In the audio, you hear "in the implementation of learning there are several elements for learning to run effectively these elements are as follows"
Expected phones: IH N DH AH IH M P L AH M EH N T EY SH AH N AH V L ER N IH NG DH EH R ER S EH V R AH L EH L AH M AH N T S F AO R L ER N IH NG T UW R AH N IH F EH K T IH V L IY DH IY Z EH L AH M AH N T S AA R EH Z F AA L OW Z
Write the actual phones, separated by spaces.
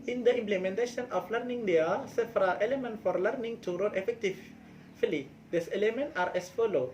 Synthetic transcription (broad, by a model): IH N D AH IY M P L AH M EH N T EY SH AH N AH F L ER N IH NG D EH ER S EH F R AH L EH L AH M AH N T F AO R L ER N IH NG T UW R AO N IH F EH K T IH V L IY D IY S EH L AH M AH N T AA R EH S F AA L OW